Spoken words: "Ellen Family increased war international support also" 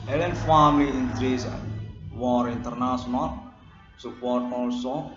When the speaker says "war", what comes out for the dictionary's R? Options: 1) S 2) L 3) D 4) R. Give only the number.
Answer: 4